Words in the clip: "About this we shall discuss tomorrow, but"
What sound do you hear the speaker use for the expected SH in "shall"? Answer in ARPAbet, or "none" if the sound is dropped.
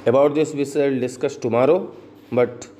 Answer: S